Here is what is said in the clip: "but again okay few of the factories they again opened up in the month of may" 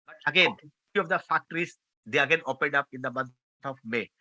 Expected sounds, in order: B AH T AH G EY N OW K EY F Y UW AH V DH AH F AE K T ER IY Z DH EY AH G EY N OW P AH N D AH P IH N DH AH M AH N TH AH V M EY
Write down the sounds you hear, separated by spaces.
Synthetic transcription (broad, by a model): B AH T AH G EY N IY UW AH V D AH F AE K T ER IY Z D EY AH G EY N OW P AH N D AH P IH N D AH M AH N T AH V M EY